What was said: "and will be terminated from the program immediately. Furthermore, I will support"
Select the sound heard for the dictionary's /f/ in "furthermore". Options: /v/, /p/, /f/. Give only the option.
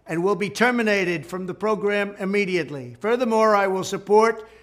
/f/